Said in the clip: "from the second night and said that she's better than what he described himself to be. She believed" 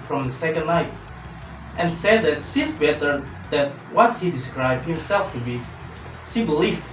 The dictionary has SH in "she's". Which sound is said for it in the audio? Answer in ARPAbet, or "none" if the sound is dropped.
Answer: S